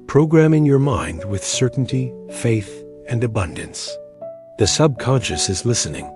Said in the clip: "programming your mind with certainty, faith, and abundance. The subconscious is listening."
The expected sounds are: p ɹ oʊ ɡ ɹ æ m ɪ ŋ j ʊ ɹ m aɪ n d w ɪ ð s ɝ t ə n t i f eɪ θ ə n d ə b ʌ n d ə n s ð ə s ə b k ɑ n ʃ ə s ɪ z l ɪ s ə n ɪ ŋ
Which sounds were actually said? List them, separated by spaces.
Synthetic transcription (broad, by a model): p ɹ oʊ ɡ ɹ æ m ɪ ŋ j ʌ ɹ m aɪ n d w ɪ ð s ɝ t n t i f eɪ θ ə n d ə b ʌ n d ə n s ð ə s ə b k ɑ n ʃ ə s ɪ z l ɪ s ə n ɪ ŋ